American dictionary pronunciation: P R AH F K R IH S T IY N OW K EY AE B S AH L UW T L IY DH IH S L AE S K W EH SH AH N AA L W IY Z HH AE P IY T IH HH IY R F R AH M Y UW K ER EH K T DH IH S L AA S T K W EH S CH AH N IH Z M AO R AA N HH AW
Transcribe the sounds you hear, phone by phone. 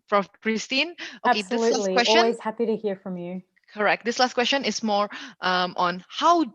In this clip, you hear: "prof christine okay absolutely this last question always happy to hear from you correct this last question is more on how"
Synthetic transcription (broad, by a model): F R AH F K R IH S T IY N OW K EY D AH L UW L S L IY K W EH S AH AA W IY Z HH AE P IY T IH HH IY R F R AH M Y UW K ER EH K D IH S L AA S T K W EH S CH AH N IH S M AO R AA N HH AW